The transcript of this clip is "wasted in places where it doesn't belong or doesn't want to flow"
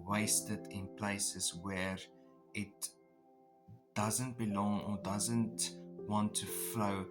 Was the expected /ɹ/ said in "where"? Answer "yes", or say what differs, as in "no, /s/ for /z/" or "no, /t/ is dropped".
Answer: yes